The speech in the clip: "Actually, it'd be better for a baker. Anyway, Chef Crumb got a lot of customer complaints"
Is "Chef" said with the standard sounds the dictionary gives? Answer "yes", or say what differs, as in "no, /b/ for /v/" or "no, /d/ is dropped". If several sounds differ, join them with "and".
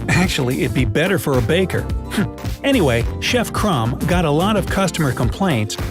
yes